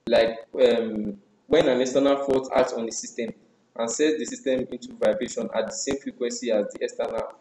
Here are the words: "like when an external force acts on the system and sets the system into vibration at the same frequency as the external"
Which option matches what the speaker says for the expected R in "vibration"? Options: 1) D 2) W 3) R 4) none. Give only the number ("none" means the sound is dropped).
3